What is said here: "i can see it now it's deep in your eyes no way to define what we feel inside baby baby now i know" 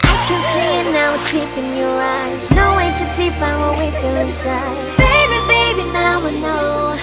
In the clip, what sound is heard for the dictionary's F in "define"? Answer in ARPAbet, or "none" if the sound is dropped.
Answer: P